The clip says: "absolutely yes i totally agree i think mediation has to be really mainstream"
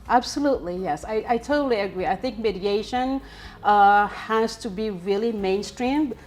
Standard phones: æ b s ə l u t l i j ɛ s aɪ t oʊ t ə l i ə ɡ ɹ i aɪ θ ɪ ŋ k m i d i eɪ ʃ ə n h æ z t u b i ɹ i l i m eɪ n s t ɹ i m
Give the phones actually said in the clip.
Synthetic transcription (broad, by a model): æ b s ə l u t l i j ɛ s aɪ t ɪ t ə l i ə ɡ ɹ i aɪ θ ɪ ŋ k m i d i eɪ ʃ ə n h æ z t u b i ɹ i l i m eɪ n s t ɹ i m